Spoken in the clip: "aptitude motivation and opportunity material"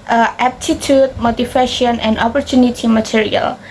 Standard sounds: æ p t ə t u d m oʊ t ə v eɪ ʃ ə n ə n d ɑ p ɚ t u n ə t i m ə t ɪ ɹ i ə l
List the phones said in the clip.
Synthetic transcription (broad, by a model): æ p t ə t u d m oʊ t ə f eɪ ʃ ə n ə n d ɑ p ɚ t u n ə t i m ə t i ɹ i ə l